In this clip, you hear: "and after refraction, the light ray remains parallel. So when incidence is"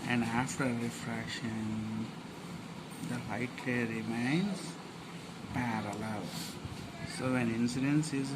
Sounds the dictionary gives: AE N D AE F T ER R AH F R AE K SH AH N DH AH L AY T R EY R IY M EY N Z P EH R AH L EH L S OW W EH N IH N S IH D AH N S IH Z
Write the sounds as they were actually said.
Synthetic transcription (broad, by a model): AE N D AE F T ER R AH F R AE K SH AH N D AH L AY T L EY R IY M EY N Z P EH R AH L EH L S OW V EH N IH N S IH D AH N S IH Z